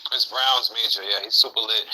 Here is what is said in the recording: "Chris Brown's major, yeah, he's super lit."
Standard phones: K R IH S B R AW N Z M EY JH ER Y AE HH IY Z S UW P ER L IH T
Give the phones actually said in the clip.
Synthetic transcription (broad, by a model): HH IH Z B R AW N Z M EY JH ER Y AE HH IY Z S UW P ER L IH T